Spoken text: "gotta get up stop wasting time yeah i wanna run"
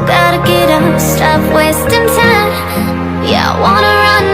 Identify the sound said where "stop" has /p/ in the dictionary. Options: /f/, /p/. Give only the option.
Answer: /f/